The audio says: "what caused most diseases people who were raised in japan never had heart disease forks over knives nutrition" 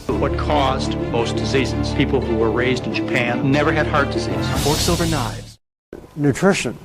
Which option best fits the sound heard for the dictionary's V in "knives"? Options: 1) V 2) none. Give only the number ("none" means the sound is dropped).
1